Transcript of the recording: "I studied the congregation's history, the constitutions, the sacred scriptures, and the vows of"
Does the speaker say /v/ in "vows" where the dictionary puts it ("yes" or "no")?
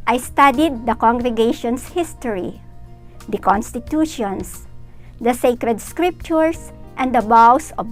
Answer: no